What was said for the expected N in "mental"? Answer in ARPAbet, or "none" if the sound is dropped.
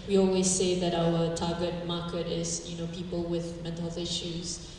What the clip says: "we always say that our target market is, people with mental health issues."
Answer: none